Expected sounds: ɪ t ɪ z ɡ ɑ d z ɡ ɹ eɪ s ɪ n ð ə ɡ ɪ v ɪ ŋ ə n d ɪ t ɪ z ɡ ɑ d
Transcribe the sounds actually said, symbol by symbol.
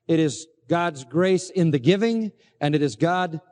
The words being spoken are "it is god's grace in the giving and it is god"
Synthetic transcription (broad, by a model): ɪ t ɪ z ɡ ɑ d z ɡ ɹ eɪ s ɪ n ð ə ɡ ɪ v ɪ ŋ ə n ɪ t ɪ z ɡ ɑ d